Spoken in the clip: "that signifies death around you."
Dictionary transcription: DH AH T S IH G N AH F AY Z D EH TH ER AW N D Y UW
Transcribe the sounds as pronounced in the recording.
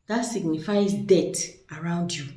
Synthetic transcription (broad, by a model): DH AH T S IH G N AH F AY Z D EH T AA AW N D Y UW